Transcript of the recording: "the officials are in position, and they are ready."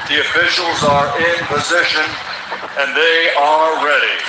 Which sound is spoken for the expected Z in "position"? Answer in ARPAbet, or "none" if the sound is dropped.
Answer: Z